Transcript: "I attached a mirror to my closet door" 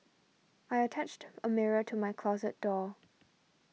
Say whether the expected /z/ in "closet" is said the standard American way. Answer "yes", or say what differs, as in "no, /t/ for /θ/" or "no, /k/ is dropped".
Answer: yes